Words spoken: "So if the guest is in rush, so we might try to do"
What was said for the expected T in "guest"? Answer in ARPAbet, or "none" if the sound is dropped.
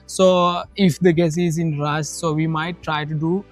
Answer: none